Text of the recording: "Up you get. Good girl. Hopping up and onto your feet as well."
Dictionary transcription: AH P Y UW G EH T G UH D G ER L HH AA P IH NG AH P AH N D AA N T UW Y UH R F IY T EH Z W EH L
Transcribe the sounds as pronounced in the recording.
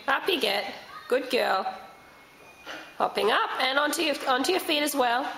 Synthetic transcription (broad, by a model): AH P Y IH G EH T G UH D G ER L HH AA P IH NG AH P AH N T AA N T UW Y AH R F IY T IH Z W EH L